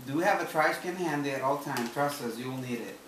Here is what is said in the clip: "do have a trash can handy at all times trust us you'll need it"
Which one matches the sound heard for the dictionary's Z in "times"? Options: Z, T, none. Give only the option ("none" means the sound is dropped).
none